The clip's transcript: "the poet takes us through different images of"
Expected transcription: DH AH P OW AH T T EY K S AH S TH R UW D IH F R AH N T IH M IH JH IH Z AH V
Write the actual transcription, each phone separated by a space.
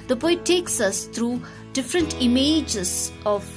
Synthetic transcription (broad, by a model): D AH B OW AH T T EY K S AH S T R UW D IH F R AH N T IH M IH JH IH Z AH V